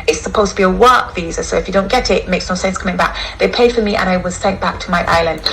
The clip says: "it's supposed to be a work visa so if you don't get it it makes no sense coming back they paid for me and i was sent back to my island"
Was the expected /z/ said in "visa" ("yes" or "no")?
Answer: yes